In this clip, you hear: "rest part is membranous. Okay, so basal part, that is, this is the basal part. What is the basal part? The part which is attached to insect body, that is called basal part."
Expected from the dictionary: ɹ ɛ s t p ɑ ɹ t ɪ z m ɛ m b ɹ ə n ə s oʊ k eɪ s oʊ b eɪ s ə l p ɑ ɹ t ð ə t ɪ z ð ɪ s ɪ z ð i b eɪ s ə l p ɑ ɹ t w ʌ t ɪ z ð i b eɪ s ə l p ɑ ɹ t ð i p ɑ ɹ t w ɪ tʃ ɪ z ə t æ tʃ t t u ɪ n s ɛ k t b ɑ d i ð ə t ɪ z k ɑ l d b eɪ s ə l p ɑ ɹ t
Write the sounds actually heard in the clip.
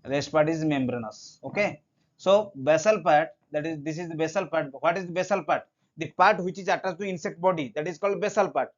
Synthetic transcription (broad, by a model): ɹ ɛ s t p ɑ ɹ t ɪ z m ɛ m b ɹ ə n ə s oʊ k eɪ s oʊ b eɪ s ə l p ɑ ɹ t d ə t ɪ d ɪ s ɪ z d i b eɪ s ə l p ɑ ɹ t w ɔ t ɪ z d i b eɪ s ə l p ɑ ɹ t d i p ɑ ɹ t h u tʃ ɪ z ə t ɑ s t t u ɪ n s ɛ k t b ɑ d i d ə t ɪ z k ɑ l d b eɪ s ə l p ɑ ɹ t